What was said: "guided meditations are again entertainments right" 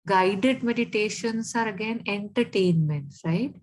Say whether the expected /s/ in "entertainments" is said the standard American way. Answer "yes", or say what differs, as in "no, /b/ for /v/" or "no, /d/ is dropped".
no, /s/ is dropped